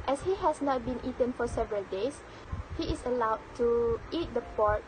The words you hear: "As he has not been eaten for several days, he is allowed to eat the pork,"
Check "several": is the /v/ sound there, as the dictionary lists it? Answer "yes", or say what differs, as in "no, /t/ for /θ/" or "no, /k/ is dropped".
yes